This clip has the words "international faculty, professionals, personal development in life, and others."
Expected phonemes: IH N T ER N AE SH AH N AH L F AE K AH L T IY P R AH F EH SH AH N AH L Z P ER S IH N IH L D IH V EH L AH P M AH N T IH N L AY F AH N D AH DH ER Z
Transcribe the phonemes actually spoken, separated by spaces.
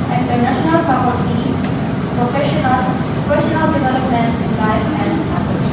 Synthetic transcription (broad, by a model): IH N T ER N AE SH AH N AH L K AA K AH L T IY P R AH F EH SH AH N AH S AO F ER SH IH N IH L D IH V EH L AH P M AH N T IH N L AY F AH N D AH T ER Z